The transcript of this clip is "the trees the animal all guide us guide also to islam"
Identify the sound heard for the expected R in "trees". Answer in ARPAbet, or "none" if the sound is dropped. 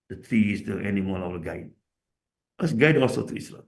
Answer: none